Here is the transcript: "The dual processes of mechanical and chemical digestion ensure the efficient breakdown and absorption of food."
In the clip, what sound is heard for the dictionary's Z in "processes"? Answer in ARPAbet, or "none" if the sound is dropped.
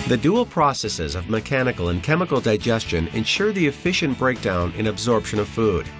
Z